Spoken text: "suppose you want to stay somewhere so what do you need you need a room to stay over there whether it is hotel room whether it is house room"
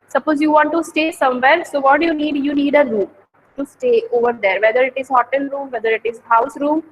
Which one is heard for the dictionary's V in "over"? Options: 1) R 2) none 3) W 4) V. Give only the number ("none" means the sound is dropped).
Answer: 4